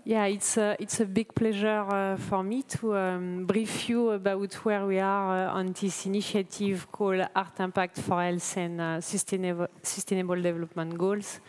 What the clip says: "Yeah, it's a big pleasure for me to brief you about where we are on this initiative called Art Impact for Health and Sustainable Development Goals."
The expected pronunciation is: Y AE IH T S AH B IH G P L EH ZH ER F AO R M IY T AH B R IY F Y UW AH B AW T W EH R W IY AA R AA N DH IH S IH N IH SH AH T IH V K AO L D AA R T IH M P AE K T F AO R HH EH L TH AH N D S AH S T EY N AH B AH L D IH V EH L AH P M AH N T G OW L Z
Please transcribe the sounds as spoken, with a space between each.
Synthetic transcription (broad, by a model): Y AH IH T S AH B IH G P L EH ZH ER F AO R M IY T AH B R IY F Y UW AH B AW T W EH R W IY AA R AA N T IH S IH N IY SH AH T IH V K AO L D AA R T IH P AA K T F AO R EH L S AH N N S AH S T EY N AH B AH L D IH V EH L AH P M AH N T G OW L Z